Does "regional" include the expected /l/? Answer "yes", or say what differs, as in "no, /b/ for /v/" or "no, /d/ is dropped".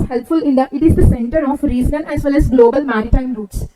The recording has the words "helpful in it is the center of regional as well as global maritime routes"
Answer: no, /n/ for /l/